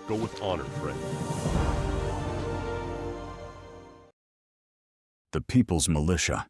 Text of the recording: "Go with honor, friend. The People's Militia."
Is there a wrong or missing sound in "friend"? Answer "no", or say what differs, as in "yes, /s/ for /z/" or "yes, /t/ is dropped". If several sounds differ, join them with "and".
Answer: yes, /n/ is dropped